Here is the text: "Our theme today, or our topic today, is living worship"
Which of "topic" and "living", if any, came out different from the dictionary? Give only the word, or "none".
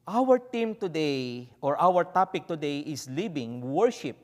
living